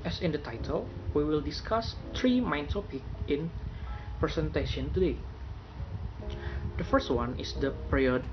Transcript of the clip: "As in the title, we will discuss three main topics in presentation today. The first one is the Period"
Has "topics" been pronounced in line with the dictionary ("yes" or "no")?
no